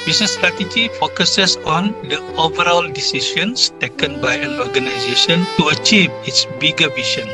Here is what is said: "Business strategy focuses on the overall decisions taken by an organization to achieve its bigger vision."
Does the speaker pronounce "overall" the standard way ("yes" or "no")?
yes